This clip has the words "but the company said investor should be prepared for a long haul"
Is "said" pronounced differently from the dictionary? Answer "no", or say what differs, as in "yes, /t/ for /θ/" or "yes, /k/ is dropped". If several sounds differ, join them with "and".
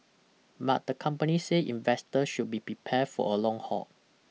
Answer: yes, /d/ is dropped